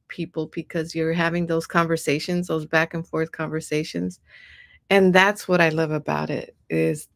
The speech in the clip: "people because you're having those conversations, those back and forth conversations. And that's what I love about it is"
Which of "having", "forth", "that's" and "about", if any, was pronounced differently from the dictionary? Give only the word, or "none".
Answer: none